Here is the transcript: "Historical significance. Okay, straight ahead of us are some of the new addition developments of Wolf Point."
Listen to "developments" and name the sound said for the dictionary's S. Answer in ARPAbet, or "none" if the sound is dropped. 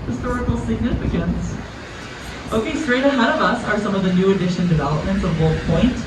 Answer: S